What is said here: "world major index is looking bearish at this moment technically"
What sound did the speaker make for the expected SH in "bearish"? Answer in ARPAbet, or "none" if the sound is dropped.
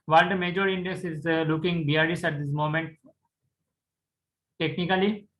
S